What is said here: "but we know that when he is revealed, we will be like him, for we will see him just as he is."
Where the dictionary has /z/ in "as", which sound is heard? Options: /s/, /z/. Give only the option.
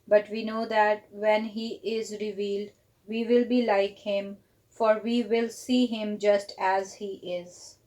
/z/